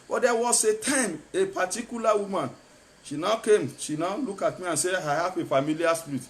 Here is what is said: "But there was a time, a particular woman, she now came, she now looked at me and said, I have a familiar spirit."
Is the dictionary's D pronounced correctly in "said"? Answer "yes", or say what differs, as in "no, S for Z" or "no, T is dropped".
no, D is dropped